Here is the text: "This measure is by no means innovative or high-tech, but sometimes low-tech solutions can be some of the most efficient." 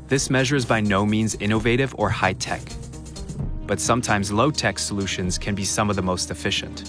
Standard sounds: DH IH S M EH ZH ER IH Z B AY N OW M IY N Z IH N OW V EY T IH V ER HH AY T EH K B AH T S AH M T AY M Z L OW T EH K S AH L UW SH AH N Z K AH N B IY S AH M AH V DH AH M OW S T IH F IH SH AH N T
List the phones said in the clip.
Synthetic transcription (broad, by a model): DH IH S M EH ZH ER Z B AY N OW M IY N Z IH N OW V EY T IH V ER HH AY T EH K B AH T S AH M T AY M Z L OW T EH K S AH L UW SH AH N Z K AH N B IY S AH M AH V DH AH M OW S T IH F IH SH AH N T